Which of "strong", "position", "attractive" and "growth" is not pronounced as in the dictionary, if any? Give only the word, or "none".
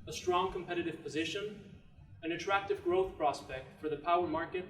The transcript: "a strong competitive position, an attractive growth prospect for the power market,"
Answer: none